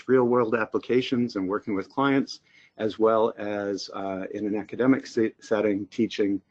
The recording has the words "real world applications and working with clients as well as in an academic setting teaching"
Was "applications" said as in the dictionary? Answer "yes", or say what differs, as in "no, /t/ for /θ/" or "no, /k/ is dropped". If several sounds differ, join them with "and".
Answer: yes